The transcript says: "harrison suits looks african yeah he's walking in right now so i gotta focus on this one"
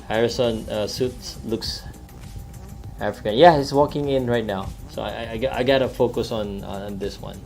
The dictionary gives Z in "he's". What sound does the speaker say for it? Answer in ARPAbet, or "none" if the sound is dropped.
S